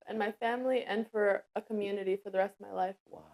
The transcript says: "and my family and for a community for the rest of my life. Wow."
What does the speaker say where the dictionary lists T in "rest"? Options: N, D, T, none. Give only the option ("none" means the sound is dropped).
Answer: T